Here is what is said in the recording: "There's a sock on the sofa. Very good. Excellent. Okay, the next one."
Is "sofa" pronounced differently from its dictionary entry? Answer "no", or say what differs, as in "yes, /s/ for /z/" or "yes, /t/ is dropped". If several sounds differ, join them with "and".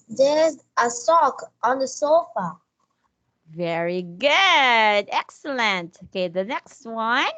no